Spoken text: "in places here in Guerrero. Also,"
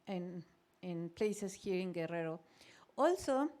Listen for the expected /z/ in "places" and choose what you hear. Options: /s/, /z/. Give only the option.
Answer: /s/